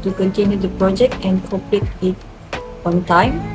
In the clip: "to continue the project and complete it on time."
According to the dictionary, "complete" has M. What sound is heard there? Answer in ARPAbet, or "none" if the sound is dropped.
none